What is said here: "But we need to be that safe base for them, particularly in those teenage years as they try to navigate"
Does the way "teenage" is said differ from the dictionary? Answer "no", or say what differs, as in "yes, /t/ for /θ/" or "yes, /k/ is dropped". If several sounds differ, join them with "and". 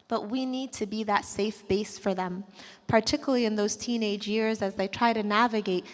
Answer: no